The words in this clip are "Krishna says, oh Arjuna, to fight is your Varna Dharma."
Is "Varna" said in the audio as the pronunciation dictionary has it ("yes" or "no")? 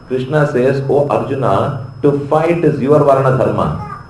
yes